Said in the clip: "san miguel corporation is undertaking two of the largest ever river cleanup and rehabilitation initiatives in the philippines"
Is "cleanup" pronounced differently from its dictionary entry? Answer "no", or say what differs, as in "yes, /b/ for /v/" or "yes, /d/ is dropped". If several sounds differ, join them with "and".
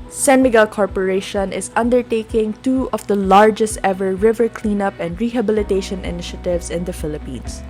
no